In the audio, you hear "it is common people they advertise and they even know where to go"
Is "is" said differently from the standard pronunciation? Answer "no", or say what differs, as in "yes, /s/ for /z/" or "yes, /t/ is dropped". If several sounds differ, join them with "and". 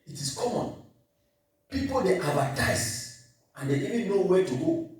yes, /s/ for /z/